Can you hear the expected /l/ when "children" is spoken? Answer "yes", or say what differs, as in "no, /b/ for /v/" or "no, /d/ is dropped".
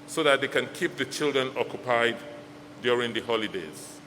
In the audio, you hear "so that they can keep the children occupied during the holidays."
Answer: yes